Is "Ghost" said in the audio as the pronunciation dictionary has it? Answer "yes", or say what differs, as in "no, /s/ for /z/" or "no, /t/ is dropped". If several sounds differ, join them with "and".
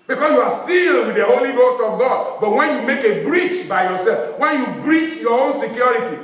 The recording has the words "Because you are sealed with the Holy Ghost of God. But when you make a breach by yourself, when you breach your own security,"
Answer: yes